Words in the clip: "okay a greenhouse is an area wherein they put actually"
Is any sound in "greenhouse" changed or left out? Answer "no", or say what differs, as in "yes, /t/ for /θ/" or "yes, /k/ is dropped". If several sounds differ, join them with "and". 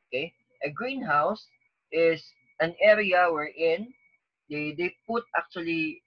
no